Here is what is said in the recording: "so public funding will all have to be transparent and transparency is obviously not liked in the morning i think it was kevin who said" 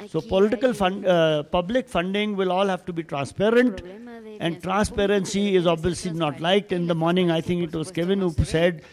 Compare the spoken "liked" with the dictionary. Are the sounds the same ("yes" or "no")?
yes